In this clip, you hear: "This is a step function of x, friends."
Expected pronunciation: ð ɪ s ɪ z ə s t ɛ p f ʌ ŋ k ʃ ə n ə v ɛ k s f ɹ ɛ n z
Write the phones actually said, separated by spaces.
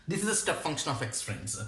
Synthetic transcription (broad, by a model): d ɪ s ɪ z ə s t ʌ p f ʌ ŋ k ʃ ə n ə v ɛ k s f ɹ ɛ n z